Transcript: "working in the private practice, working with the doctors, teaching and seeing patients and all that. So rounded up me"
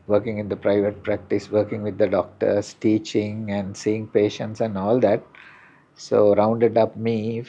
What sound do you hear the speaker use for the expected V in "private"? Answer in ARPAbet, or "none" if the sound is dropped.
V